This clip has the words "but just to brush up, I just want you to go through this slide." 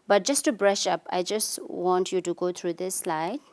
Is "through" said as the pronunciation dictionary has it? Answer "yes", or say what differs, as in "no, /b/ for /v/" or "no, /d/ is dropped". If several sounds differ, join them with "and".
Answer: no, /t/ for /θ/